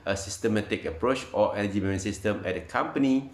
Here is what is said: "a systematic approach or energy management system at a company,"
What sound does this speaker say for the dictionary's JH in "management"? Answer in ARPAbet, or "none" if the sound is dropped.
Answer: none